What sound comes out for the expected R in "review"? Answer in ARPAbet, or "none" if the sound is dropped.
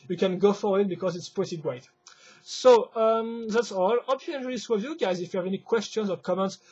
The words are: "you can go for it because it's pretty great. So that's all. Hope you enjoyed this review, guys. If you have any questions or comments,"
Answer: W